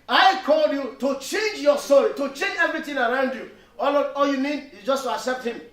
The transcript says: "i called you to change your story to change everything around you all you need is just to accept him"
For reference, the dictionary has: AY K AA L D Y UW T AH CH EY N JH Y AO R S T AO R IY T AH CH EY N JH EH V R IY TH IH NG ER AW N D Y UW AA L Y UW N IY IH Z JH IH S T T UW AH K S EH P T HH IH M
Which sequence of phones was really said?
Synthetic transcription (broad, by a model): AY K AA L D Y UW T AH CH EY N JH Y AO S T AO R IY T AH CH EY N JH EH V R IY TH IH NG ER AW N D Y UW AA L Y UW N IY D JH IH S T T UW AH K S EH P T HH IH M